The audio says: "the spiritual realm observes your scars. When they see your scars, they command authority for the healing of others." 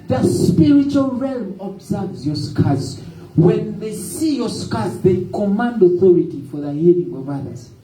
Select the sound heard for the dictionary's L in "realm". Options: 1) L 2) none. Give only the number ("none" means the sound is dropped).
1